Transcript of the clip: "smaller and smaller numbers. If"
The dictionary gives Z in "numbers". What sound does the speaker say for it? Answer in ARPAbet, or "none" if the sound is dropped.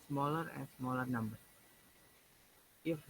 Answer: none